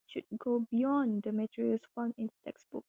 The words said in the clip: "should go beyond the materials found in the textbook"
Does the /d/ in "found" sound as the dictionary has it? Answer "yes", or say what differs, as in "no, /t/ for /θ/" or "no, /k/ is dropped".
no, /d/ is dropped